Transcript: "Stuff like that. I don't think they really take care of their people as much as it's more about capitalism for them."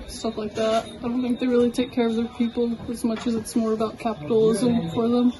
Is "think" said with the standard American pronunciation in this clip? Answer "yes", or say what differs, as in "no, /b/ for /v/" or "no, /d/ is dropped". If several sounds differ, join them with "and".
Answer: yes